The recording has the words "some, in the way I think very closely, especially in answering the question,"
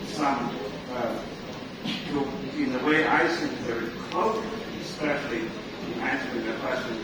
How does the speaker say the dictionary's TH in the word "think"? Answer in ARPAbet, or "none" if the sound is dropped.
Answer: S